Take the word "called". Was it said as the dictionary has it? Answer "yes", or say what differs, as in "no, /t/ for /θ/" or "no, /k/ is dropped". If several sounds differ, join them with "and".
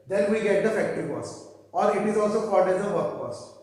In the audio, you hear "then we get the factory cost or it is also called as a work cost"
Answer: no, /l/ is dropped